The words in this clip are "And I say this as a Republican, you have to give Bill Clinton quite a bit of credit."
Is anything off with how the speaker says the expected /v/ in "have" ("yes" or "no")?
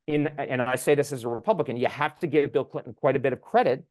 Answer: yes